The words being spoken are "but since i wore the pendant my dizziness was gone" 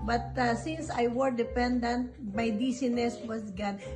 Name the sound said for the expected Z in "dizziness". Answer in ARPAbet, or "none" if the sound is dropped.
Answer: S